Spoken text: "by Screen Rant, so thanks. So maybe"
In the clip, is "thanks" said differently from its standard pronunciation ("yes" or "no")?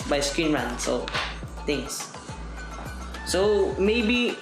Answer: yes